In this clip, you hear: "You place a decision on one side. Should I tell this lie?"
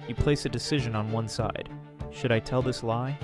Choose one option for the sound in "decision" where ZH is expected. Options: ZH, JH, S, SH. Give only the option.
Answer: ZH